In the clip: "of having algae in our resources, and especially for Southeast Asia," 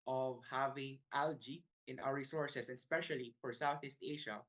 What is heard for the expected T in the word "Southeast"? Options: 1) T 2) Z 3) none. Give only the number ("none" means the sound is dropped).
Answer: 1